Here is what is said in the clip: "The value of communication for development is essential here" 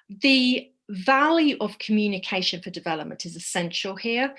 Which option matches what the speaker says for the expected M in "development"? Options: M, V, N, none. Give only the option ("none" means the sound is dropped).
M